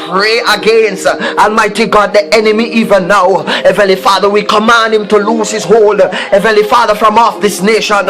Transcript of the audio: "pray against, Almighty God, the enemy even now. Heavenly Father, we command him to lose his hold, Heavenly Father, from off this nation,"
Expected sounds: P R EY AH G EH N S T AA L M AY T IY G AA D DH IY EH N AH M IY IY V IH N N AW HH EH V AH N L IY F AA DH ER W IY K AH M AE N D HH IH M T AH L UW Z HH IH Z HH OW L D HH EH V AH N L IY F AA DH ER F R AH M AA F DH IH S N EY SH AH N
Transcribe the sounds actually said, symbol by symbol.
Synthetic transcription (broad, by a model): P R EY AH G EH N S T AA N M AY T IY G AA D DH IY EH N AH M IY IY V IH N N AW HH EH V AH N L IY F AA DH ER W IY K AH M AE N D HH IH M T AH L UW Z HH IH Z HH OW L D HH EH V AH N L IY F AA DH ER F R AH M AA F DH IH S N EY SH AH N